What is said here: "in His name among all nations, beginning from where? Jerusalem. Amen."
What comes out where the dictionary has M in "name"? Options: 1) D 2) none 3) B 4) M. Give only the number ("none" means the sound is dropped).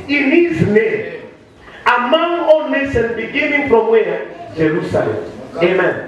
2